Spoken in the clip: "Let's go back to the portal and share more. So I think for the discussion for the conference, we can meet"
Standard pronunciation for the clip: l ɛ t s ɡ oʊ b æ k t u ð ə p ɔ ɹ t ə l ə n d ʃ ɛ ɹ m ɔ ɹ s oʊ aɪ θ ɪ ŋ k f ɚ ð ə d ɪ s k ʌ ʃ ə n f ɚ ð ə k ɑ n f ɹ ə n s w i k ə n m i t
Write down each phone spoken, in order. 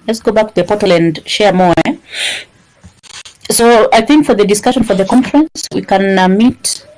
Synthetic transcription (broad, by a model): l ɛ t s ɡ oʊ b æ k t u ð ə p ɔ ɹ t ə l ə n d ʃ ɛ ɹ m ɔ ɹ s oʊ aɪ θ ɪ ŋ k f ɚ ð ə d ɪ s k ʌ ʃ ə n f ɚ ð ə k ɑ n f ɹ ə n s w i k ə n m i t